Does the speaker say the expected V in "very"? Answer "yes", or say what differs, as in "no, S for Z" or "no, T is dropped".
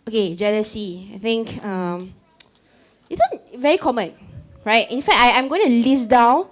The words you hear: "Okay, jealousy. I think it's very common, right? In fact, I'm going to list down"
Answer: yes